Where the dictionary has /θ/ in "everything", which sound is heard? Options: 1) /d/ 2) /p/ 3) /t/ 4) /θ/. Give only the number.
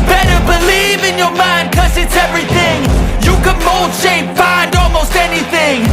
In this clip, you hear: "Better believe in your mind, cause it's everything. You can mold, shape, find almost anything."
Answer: 4